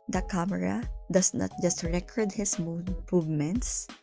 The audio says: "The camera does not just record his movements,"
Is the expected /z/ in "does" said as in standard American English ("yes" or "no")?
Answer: no